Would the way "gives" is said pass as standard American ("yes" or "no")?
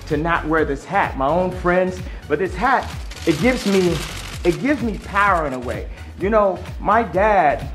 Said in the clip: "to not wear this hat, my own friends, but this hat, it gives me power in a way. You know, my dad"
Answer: yes